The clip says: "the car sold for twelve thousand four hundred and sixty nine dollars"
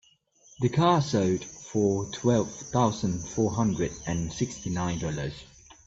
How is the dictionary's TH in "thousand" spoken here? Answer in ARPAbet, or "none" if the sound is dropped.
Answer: TH